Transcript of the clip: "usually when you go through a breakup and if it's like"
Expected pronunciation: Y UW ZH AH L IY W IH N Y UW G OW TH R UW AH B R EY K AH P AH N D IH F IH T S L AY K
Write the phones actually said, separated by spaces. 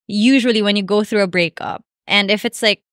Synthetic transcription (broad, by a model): Y UW ZH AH L IY W IH N Y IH G OW TH R UW AH B R EY K AH P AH N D IH F IH T S L AY K